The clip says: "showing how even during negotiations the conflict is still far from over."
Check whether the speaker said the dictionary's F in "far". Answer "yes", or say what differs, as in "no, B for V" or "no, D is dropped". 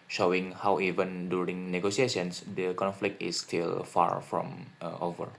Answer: yes